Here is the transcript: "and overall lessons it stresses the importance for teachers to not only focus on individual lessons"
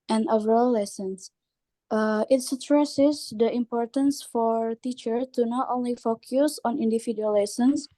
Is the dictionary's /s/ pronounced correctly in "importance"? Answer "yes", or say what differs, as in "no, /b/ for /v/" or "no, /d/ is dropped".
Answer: yes